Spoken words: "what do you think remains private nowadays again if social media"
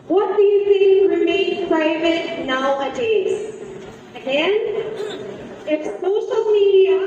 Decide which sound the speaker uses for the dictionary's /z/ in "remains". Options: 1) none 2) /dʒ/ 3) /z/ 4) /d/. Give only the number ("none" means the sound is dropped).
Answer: 1